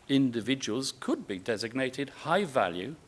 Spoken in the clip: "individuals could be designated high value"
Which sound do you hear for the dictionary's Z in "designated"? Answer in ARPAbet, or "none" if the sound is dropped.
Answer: Z